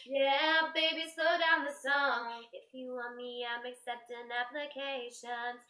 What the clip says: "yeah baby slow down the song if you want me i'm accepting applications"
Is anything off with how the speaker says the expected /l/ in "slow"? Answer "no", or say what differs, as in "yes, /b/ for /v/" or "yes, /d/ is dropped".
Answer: yes, /l/ is dropped